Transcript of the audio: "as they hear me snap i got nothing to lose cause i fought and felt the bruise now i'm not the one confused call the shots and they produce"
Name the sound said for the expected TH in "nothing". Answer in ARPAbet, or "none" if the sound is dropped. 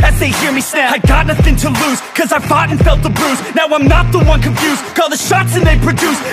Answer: TH